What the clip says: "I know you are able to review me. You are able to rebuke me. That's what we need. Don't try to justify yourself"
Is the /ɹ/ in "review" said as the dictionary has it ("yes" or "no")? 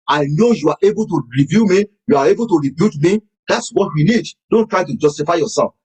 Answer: yes